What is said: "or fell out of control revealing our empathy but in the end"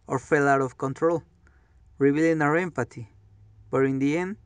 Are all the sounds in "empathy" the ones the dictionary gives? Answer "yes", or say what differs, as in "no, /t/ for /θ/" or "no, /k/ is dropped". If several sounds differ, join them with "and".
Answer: no, /t/ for /θ/